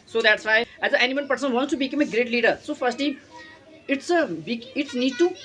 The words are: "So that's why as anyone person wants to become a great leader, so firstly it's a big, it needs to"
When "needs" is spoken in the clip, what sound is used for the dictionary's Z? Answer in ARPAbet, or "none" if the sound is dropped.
none